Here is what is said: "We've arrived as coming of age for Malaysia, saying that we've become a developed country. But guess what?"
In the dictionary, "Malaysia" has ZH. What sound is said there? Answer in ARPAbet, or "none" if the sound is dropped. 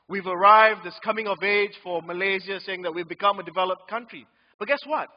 Z